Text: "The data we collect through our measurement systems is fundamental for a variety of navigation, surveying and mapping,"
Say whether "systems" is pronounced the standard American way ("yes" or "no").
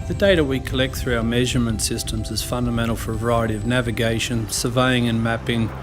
yes